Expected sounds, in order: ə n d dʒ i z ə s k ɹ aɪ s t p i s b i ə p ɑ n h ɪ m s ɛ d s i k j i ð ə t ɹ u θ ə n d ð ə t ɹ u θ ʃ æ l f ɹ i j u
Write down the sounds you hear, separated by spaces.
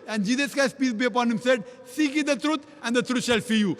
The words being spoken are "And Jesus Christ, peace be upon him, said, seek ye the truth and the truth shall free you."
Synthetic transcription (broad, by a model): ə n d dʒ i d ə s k aɪ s p i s b i ə p ɑ n h ɪ m s ɛ d s i k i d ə t ɹ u t ə n d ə t ɹ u t ʃ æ l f i j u